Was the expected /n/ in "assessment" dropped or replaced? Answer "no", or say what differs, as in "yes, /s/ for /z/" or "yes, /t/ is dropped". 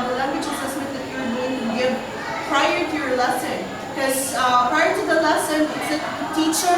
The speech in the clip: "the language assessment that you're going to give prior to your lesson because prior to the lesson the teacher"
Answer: yes, /n/ is dropped